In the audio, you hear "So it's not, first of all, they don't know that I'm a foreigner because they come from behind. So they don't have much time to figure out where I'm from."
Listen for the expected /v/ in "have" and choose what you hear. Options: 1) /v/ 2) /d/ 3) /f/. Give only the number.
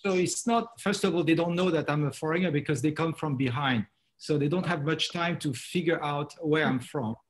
1